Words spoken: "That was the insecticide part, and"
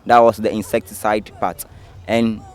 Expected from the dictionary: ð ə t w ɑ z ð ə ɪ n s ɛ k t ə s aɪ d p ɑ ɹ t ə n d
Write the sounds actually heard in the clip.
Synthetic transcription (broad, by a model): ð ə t w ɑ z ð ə ɪ n s ɛ k t ə s aɪ d p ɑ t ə n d